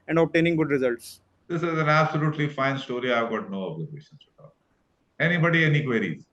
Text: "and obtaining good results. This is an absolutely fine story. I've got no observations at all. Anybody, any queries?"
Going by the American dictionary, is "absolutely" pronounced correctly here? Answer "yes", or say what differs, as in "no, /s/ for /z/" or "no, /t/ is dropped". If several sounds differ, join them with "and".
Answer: yes